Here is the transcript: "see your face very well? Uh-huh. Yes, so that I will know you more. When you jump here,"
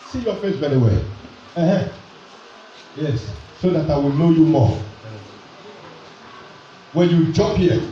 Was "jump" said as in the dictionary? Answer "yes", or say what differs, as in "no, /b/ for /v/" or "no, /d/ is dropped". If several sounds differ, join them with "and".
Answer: no, /m/ is dropped